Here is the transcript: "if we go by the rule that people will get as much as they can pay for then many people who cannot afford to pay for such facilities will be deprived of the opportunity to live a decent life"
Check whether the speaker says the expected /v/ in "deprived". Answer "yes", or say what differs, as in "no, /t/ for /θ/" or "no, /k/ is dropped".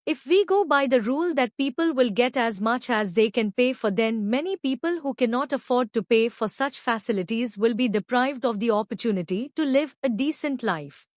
yes